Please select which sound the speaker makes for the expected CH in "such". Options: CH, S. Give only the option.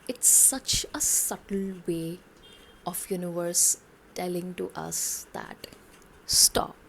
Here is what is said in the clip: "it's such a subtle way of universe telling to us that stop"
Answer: CH